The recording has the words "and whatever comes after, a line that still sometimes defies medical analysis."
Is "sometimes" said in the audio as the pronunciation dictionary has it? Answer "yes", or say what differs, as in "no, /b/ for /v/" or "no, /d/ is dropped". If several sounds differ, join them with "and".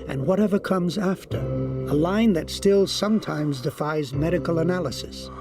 yes